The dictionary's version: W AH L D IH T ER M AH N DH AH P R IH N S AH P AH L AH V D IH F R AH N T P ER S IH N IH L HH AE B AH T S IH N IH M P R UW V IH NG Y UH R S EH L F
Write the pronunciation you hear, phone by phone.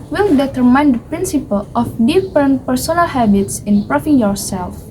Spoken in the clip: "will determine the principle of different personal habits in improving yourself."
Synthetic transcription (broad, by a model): W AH L D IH T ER M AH N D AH P R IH N S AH P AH L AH F D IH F R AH N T P ER S IH N IH L HH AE B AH T S IH N P R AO F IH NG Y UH R S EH L F